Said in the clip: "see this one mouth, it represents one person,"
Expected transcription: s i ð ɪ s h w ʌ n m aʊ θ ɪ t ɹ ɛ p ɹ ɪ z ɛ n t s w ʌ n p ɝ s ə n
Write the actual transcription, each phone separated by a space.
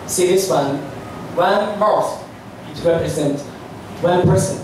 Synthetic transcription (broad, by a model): s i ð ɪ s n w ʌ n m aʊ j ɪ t ɹ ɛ p ɹ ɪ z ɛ n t w ʌ n p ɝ s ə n